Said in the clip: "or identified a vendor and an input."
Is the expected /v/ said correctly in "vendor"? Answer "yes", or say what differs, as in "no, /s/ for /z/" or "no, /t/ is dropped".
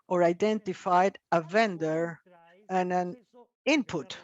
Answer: yes